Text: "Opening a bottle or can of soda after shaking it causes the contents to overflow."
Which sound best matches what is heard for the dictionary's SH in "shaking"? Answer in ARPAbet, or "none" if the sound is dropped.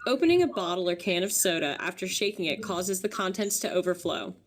SH